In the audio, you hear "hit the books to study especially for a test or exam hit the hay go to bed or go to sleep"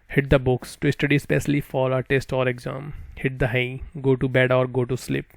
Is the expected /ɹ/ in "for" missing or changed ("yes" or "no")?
yes